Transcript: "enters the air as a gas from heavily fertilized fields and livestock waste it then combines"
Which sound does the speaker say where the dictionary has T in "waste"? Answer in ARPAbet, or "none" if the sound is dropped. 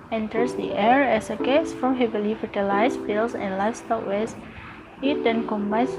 none